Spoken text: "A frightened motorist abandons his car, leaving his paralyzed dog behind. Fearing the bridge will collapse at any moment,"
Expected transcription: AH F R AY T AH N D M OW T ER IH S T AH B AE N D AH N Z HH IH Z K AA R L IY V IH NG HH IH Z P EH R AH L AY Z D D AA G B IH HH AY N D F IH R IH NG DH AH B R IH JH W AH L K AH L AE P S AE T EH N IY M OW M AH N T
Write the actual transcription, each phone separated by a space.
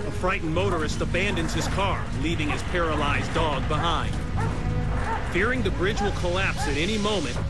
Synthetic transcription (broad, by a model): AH F R AY T N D M OW T ER IH S T AH B AE N D AH N Z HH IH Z K AA R L IY V IH NG IH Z P EH R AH L AY Z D D AA G B IH HH AY N D F IH R IH NG DH AH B R IH JH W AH L K AH L AE P S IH T EH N IY M OW M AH N T